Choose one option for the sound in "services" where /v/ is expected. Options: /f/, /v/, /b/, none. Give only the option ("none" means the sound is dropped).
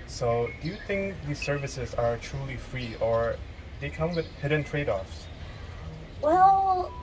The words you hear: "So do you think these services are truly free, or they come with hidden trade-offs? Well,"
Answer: /v/